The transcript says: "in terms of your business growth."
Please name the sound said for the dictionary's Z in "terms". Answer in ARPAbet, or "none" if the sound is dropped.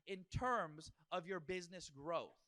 Z